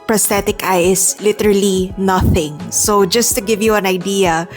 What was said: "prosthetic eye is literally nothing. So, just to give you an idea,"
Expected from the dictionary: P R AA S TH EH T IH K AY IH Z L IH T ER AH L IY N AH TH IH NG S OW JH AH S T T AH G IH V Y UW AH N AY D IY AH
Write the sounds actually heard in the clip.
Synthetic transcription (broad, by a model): P R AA S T EH T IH K AY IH S L IH T ER AH L IY N AH TH IH NG S OW JH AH S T T AH G IH V Y UW AH N AY D IY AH